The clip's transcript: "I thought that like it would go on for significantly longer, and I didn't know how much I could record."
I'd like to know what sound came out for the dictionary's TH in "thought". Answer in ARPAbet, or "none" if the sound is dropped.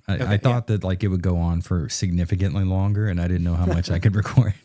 TH